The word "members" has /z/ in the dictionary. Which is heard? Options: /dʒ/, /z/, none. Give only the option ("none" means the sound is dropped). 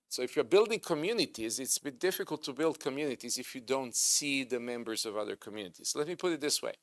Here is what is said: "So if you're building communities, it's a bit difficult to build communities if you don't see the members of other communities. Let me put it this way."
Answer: /z/